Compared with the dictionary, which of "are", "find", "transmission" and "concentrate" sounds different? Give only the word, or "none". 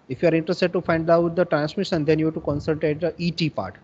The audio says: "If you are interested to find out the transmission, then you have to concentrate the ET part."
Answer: concentrate